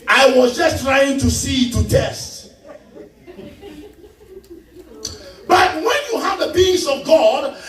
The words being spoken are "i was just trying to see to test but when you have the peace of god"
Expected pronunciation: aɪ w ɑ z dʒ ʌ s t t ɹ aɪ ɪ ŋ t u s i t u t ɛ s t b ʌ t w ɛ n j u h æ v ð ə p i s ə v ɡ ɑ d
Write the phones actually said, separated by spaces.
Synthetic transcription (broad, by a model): aɪ w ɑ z dʒ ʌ s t t ɹ aɪ ɪ ŋ t u s i t u t ɛ s t b ʌ t w ɛ n j u h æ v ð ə b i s ə v ɡ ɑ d